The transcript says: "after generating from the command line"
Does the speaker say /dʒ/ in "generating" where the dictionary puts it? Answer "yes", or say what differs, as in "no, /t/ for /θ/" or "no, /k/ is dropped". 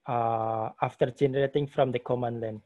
yes